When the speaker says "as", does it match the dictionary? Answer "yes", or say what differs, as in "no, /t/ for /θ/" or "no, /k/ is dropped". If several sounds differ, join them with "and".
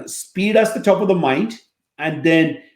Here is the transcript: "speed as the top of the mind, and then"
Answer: no, /s/ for /z/